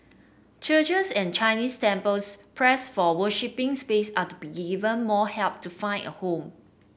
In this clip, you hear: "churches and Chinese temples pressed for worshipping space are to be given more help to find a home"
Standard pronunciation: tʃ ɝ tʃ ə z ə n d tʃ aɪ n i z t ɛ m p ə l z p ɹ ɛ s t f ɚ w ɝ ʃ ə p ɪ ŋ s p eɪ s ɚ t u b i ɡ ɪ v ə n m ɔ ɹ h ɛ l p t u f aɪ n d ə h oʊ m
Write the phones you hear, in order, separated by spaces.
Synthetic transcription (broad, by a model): tʃ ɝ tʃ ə s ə n tʃ aɪ n i s t ɛ m p ə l s p ɹ ɛ s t f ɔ w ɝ ʃ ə p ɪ ŋ s p eɪ s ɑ t u b i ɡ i v ə n m ɔ h ɛ l p t u f aɪ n ə h oʊ m